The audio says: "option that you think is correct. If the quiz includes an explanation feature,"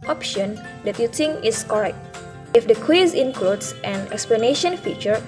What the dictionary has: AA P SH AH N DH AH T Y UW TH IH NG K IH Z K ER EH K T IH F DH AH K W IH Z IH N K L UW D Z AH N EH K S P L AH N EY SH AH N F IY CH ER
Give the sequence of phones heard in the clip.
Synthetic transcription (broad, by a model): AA P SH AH N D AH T Y UW T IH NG IH S K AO EH K T IH F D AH K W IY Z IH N K L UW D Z AH N EH K S P L AH N EY SH AH N F IY CH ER